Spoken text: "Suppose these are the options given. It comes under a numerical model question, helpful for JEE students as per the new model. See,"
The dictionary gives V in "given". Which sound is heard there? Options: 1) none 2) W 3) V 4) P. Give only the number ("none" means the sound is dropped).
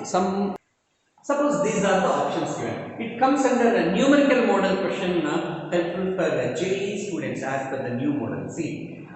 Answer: 1